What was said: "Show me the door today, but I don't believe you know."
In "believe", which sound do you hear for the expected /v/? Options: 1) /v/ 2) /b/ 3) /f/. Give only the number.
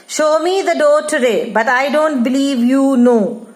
1